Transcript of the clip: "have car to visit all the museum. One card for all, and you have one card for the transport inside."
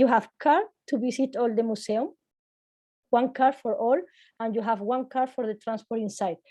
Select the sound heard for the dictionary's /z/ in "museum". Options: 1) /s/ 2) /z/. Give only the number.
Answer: 1